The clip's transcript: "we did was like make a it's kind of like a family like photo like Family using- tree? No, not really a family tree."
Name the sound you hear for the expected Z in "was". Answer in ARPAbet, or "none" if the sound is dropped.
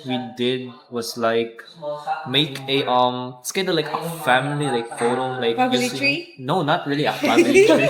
S